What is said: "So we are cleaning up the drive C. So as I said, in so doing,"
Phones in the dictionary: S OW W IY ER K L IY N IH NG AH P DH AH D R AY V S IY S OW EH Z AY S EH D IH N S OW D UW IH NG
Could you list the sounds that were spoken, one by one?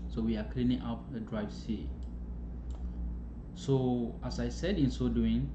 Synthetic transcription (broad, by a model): S OW W IY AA K L IY N IH NG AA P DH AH D R AY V S IY S OW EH S AY S EH D IH N S OW D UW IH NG